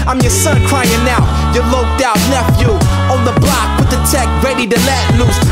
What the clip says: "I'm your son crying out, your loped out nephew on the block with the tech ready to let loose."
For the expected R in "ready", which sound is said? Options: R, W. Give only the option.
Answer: R